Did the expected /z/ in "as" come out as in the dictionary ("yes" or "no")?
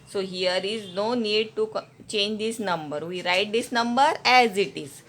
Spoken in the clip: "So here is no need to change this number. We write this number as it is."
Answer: yes